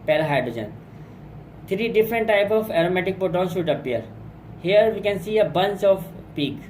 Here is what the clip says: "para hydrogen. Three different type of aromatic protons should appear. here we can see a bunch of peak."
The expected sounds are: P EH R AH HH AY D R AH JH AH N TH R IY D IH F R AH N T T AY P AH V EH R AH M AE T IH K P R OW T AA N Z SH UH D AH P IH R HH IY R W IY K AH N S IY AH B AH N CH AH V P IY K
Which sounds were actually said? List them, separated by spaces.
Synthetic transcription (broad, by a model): P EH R HH AY D R AH JH AH N T R IY D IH F R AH N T T AY P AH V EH R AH M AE T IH K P OW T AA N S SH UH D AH P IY R HH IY R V IY K AH N S IY AH B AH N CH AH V P IY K